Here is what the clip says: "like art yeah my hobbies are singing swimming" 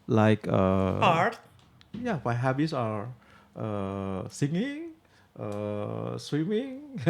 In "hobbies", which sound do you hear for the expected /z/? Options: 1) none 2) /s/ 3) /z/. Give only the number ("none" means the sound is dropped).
2